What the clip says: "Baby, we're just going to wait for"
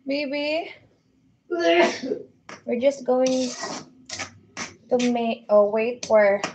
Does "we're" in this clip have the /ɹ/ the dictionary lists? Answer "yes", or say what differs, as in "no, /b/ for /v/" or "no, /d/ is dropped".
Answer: yes